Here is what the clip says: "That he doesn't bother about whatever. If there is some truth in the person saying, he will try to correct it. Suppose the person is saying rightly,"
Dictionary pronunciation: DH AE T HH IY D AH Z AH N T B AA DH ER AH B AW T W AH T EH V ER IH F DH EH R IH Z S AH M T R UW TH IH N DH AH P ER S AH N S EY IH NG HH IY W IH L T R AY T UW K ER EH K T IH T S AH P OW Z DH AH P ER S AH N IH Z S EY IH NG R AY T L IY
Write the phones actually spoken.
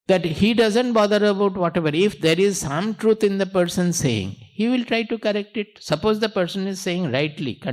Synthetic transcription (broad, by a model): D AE T HH IY D AH Z AH N T B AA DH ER AH B AW T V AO T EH V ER IH F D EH R IH Z S AH M T R UW T IH N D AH P ER S AH N S EY IH NG HH IY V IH L T R AY T UW K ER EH K T IH T S AH P OW Z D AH P ER S AH N IH Z S EY IH NG R AY T L IY